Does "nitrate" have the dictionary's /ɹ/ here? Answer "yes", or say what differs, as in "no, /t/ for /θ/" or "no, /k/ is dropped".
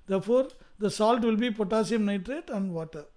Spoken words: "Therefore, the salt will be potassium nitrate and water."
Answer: yes